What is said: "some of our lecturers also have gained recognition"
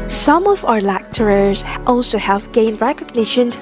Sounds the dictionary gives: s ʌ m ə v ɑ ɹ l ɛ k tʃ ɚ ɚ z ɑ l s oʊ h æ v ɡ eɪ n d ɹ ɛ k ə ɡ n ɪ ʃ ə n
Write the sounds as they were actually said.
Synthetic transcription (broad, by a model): s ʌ m ə v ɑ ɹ l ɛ k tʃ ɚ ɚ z ɑ l s oʊ h æ v ɡ eɪ n d ɹ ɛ k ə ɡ n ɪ ʃ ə n